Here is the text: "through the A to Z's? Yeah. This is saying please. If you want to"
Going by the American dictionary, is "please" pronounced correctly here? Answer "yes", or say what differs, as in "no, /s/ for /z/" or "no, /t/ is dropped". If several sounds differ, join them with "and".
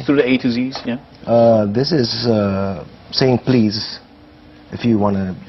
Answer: yes